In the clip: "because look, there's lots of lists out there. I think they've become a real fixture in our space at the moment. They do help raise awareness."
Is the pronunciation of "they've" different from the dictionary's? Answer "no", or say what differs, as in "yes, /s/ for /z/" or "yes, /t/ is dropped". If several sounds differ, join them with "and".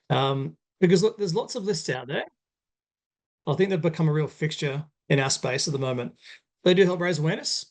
no